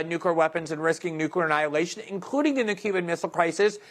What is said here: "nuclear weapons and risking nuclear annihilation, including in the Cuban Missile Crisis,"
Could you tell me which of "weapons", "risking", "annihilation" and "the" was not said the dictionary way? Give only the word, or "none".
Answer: none